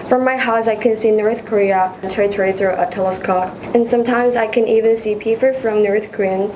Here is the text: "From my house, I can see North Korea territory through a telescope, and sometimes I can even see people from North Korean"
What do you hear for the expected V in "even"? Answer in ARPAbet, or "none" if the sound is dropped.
V